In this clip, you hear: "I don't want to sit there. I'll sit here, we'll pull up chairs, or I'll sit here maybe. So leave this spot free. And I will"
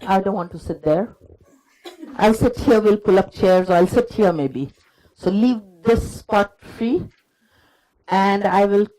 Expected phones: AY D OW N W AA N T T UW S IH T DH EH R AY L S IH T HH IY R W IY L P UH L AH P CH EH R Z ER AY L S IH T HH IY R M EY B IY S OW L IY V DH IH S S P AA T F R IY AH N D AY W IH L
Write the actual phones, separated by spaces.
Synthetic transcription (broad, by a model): AY D OW N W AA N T T UW S IH T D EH R AY L S IH T HH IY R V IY L P UH L AH P CH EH R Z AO AY L S IH T HH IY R M EY B IY S OW L IY V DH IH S S P AA T F R IY AH N D AY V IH L